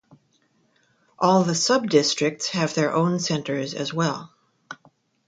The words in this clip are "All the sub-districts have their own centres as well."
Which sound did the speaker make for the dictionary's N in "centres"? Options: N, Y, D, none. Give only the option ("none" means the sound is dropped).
N